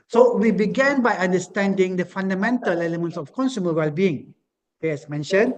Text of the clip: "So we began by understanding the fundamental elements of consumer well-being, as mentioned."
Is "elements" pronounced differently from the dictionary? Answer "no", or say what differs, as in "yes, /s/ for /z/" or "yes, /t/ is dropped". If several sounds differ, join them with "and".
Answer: no